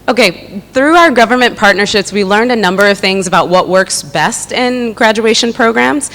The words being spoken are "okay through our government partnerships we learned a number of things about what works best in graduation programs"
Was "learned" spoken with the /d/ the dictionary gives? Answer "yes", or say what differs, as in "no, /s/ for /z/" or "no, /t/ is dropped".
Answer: yes